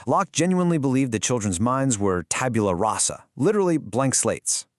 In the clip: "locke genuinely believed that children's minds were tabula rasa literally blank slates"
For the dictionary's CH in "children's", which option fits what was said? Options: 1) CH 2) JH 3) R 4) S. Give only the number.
1